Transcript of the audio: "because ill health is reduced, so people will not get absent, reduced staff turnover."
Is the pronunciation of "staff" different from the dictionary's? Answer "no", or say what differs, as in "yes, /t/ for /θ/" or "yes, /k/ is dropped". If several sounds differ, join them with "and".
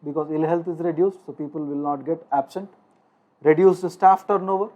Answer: no